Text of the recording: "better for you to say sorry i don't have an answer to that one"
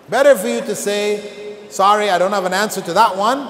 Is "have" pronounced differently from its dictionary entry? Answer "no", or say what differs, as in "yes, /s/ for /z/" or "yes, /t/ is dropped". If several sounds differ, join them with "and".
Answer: no